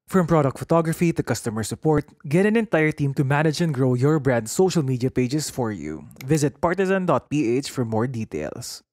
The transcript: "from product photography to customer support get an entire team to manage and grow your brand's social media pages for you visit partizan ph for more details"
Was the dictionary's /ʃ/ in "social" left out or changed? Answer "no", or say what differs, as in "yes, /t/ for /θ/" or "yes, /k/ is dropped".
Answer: no